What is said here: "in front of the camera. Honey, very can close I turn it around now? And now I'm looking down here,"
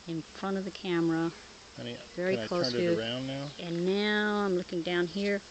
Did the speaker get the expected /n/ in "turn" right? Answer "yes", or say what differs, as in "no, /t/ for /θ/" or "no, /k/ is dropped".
no, /n/ is dropped